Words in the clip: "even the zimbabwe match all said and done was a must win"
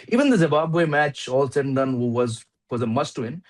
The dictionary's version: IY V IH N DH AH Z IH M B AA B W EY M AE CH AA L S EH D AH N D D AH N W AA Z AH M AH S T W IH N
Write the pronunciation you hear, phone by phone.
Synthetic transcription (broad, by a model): IY V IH N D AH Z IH B AA B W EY M AE CH AA L S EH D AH N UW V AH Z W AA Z AH M AH S T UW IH N